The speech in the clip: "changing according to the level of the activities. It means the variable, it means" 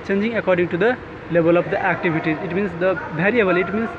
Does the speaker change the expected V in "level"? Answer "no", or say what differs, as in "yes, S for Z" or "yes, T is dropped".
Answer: yes, B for V